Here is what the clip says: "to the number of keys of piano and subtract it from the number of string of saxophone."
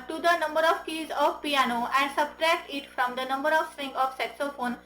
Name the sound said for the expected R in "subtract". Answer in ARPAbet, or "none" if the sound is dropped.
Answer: R